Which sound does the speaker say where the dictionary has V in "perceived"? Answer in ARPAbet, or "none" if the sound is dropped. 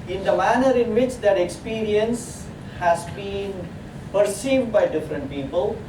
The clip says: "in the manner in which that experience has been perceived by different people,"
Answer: V